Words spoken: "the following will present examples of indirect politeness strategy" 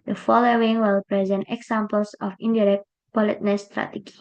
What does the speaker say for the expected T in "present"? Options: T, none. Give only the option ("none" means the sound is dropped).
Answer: T